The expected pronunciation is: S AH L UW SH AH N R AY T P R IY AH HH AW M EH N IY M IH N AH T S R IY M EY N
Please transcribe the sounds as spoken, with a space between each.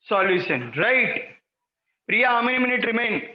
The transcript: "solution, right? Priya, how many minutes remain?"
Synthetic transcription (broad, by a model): S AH L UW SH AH N R AY T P R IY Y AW M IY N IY M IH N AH T R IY M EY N